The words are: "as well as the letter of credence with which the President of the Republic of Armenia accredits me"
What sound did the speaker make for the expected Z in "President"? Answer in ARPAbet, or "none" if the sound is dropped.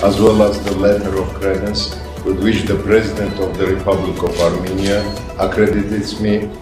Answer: Z